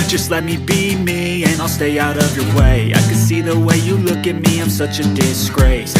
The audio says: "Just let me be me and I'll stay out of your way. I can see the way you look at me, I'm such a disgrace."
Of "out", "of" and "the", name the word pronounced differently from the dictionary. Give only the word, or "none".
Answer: none